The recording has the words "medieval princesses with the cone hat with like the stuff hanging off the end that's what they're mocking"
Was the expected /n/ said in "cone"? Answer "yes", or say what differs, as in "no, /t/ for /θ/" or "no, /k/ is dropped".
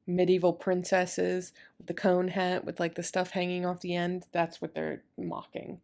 yes